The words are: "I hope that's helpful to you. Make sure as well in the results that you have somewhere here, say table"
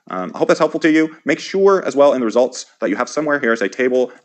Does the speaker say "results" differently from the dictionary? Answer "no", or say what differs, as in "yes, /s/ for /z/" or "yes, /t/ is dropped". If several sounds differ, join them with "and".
no